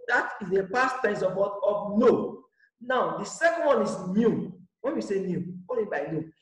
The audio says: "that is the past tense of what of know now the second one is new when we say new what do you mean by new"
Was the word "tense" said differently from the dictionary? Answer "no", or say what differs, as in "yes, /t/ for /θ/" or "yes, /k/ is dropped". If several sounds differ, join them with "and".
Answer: yes, /n/ is dropped